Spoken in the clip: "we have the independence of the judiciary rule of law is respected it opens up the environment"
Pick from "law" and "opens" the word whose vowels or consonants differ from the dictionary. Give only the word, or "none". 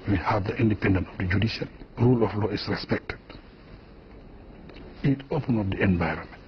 opens